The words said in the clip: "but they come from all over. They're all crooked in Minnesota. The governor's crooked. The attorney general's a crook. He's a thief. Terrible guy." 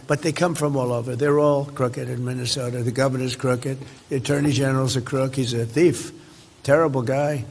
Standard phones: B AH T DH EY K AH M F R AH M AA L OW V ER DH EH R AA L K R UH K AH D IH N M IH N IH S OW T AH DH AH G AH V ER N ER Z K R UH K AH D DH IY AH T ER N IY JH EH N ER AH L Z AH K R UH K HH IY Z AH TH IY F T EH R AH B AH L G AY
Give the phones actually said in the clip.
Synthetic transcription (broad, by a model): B AH T DH EY K AH M F R AH M AA L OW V ER DH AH R AA L K R UH K AH D IH N M IH N IH S OW T AH DH AH G AH V ER N ER Z K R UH K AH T DH IY AH T ER N IY JH EH N ER L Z AH K R UH K HH IY Z AH TH IY F T EH R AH B L G AY